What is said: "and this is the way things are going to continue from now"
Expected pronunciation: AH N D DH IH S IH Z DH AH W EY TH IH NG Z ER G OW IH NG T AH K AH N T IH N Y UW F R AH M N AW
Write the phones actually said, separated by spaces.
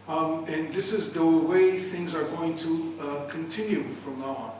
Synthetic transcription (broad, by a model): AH N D DH IH S IH Z DH AH W EY TH IH NG Z ER G OW IH NG T AH K AH N T IH N Y UW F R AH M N